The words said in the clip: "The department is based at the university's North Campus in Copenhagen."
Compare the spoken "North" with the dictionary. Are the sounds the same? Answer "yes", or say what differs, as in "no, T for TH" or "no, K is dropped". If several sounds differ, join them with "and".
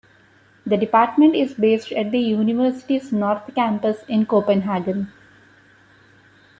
no, T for TH